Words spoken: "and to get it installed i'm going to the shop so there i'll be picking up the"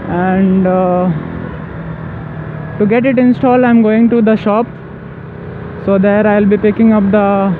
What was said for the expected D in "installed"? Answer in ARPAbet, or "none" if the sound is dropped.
none